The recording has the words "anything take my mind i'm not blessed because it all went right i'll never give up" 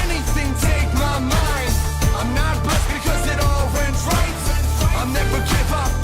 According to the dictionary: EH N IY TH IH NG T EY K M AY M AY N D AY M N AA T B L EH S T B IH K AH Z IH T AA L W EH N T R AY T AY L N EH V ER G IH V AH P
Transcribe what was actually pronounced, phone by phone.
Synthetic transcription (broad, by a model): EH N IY TH IH NG T EY K M AY M AY N D AY M N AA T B AH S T B IH K AH Z IH T AA L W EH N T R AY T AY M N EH ER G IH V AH